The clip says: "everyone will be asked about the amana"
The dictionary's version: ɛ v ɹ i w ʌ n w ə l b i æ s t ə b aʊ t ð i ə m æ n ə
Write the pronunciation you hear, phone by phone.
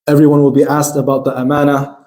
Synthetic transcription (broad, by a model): ɛ v ɹ i w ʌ n w ə l b i æ s t ə b aʊ t ð i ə m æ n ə